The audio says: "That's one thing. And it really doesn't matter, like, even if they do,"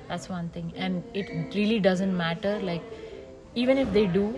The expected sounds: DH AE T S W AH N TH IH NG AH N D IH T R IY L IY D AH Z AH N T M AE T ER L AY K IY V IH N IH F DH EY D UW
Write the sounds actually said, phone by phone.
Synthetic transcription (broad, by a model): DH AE T S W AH N T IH NG AH N D IH T R IY L IY D AH Z AH N T M AE T ER L AY K IY V IH N IH F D EY D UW